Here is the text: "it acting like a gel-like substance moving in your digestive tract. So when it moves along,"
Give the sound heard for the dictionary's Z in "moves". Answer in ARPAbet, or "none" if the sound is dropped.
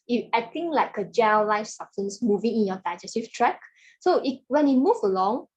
none